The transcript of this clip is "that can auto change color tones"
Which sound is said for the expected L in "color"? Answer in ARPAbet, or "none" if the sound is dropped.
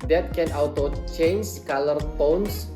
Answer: L